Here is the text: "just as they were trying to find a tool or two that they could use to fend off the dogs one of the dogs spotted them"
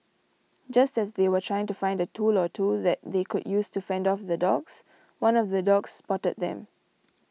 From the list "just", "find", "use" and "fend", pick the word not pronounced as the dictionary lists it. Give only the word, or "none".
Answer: none